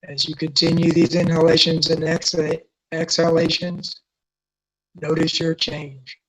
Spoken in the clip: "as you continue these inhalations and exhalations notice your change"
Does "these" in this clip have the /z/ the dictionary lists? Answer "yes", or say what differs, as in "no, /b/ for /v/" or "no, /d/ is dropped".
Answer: yes